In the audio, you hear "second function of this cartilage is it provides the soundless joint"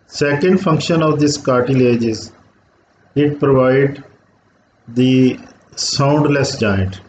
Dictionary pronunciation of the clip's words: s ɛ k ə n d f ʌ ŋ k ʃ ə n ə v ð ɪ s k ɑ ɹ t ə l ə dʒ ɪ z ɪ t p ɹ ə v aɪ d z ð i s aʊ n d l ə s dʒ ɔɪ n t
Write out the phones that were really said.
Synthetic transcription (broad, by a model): s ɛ k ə n d f ʌ ŋ k ʃ ə n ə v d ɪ s k ɑ ɹ t ə l ə dʒ ɪ z ɪ t p ɹ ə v aɪ d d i s aʊ n d l ə s dʒ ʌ n t